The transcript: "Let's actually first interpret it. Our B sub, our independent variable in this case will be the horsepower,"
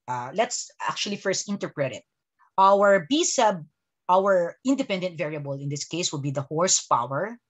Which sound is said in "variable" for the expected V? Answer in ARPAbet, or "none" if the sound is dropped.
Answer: V